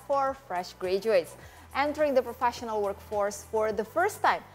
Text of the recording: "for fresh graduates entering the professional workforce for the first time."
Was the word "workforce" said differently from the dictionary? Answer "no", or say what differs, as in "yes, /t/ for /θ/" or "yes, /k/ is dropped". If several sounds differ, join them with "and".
no